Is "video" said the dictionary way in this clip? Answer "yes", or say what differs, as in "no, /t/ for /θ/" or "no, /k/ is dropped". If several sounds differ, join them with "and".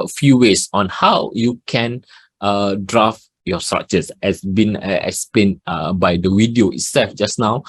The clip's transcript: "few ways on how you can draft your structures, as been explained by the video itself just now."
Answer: no, /w/ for /v/